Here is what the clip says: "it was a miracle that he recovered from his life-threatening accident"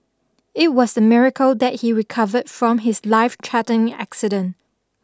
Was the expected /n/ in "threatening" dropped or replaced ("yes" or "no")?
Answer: yes